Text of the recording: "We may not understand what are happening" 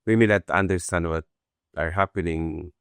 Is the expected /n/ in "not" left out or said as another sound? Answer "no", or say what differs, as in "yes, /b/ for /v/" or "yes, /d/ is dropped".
yes, /l/ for /n/